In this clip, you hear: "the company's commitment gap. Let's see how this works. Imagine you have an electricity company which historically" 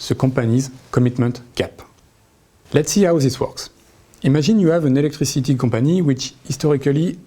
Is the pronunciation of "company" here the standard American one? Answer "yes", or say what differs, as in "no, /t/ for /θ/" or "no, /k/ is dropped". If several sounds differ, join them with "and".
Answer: no, /m/ is dropped